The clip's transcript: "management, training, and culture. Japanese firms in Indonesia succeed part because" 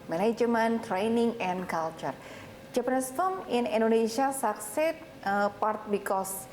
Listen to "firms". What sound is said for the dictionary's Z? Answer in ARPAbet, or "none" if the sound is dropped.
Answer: none